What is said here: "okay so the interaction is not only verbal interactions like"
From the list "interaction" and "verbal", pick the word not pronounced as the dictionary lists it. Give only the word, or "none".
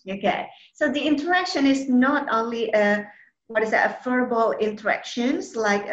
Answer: verbal